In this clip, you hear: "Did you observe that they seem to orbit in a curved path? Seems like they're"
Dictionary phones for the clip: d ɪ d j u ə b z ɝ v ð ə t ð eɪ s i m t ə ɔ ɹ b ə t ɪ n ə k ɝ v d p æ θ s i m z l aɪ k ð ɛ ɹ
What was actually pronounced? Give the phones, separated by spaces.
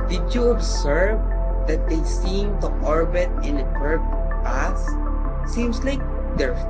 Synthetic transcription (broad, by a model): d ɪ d j u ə b s ɝ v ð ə t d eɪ s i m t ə ɔ ɹ b ə t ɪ n ə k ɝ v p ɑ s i m s l aɪ k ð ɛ ɹ